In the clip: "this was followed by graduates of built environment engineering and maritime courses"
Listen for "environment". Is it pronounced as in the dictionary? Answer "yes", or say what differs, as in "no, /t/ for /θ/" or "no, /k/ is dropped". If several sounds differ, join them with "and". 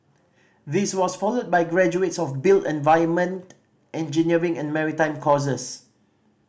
no, /ɹ/ is dropped